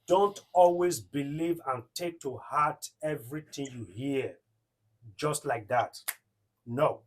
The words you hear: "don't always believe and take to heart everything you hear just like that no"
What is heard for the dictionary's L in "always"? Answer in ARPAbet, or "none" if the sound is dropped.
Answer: L